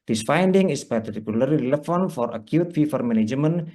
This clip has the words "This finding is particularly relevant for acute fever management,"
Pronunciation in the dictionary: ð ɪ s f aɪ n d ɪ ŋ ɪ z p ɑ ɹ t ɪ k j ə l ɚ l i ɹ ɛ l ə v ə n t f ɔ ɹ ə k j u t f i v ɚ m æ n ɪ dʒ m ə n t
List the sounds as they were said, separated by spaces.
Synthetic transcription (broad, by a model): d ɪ s f aɪ n d ɪ ŋ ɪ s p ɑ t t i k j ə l l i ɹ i l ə f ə n f ɔ ɹ ə k j u t f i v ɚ m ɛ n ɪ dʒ m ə n